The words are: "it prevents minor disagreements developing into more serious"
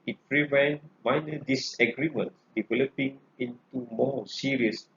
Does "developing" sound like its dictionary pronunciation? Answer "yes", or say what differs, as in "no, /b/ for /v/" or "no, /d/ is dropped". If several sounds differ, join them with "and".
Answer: yes